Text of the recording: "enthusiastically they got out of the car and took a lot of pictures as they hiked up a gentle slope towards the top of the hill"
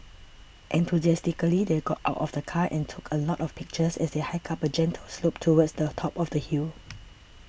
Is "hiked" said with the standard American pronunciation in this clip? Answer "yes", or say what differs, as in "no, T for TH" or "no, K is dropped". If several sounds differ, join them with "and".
no, T is dropped